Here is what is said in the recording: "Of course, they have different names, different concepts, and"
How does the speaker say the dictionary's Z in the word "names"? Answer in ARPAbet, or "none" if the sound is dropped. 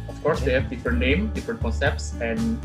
none